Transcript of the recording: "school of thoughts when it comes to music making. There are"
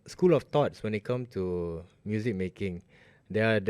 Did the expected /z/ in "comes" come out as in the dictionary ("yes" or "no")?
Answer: no